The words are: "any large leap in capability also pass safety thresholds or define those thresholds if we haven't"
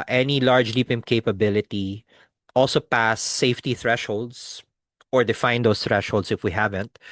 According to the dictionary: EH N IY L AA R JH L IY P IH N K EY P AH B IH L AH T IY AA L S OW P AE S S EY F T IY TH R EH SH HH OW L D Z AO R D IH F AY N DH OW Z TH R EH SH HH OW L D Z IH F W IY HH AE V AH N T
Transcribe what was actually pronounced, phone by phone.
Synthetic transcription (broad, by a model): EH N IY L AA R JH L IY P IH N K EY P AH B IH L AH T IY AA L S OW P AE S S EY F T IY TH R EH SH HH OW L D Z AO R D IH F AY N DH OW S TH R EH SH HH OW L D S IH F W IY HH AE V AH N T